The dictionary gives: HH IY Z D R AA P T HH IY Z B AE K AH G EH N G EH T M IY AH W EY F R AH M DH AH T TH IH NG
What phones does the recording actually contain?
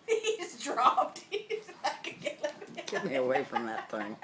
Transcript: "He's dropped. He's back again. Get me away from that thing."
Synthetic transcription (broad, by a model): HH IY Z D R AA P T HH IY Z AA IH K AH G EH L G EH T M IY AH W EY F R AH M DH AH T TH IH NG